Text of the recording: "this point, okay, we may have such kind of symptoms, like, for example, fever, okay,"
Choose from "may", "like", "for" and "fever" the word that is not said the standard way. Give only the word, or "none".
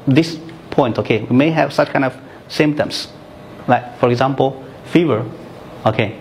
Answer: none